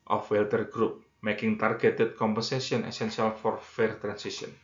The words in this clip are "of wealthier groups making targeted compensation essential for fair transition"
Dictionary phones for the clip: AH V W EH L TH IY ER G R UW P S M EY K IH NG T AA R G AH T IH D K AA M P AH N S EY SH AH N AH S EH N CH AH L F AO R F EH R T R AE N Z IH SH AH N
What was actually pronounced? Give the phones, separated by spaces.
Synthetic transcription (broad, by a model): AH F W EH L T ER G R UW P M EY K IH NG T AA R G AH T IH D K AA M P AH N S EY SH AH N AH S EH N S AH L F AO R F EH R T R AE N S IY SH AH N